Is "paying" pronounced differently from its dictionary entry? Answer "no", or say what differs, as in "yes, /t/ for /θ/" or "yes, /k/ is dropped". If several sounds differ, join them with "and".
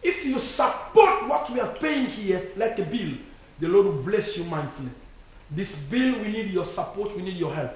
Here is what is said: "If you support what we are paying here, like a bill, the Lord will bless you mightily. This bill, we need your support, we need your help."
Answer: no